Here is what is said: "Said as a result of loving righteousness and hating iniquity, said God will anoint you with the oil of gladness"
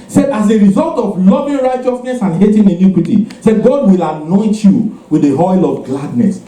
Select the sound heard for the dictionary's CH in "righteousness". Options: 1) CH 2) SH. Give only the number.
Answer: 1